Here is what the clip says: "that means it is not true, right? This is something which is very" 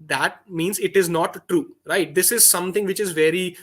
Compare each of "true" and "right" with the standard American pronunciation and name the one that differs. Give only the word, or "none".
none